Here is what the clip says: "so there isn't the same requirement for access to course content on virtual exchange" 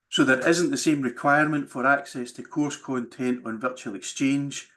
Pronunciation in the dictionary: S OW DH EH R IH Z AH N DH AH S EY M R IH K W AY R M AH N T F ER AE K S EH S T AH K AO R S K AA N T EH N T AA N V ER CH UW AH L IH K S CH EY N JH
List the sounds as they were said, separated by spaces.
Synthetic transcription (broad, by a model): S OW DH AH R IH Z AH N DH AH S EY M R IH K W AY R M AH N T F ER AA K S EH S T AH K AO R S K AA N T EH N T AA N V ER CH UW AH L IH K S CH EY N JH